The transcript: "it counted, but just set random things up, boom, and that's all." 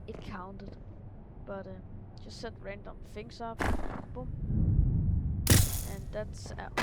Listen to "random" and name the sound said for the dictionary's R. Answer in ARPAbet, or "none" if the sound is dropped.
R